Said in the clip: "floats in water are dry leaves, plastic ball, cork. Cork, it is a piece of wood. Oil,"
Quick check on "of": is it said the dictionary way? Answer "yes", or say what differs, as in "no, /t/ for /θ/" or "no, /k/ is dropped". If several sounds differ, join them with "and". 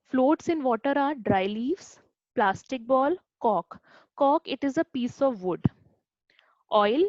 yes